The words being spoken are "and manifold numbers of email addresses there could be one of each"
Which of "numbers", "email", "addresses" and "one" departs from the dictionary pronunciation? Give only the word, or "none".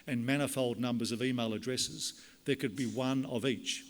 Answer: none